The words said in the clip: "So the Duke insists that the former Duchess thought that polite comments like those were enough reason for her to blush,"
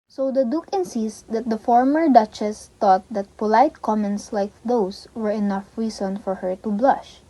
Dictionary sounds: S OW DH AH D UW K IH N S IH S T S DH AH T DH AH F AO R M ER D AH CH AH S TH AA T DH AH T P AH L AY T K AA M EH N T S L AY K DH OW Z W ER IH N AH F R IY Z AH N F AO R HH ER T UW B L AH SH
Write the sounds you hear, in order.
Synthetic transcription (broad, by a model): S OW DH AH D UW K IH N S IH S T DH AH T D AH F AO R M ER D AH CH AH S T AA T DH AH T P AH L AY T K AA M EH N T S L AY K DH OW S W ER IH N AH F R IY S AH N F AO R HH ER T UW B L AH SH